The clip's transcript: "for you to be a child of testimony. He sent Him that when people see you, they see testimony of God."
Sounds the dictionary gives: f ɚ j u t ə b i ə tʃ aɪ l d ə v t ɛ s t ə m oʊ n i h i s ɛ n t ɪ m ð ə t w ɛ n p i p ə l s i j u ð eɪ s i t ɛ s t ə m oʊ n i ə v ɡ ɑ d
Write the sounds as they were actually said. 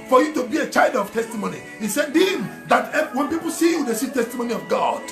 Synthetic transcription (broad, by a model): f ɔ j u t ə b i ə tʃ aɪ l d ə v t ɛ s t ə m oʊ n i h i s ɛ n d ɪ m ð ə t w ɛ n p i p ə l s i j u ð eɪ s i t ɛ s t ə m oʊ n i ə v ɡ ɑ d